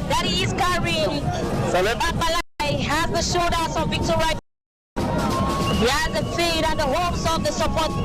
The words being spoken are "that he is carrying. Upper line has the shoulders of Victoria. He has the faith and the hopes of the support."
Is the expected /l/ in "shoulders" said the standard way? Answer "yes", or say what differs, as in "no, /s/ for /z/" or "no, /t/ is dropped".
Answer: no, /l/ is dropped